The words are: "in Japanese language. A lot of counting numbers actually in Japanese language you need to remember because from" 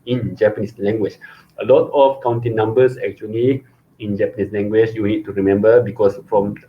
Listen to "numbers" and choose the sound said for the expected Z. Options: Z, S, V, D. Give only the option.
S